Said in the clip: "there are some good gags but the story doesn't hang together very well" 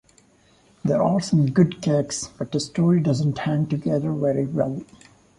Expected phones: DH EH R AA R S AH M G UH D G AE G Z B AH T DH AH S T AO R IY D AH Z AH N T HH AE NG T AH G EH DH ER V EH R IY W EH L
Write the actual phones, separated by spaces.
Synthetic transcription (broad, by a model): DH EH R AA L S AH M G UH D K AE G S B AH T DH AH S T AO R IY D AH Z AH N T HH AE NG T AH G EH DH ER V EH R IY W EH L